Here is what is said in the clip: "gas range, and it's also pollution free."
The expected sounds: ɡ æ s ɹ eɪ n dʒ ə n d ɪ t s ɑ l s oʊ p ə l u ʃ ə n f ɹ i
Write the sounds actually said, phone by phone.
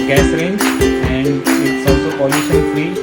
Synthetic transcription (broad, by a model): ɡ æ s ɹ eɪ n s ə n d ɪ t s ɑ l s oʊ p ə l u s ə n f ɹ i